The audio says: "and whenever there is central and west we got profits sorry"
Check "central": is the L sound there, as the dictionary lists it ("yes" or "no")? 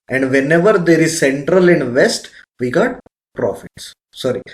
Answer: yes